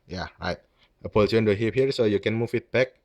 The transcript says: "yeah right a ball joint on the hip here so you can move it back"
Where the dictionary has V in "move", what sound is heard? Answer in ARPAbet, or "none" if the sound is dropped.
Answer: F